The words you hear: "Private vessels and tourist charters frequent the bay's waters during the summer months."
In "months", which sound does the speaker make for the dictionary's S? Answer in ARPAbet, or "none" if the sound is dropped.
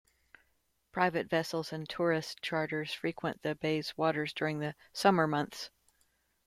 S